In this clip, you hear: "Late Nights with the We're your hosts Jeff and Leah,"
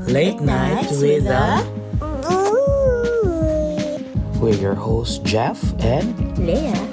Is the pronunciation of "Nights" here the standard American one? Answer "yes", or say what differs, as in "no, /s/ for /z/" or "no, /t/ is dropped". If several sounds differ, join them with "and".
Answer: no, /s/ is dropped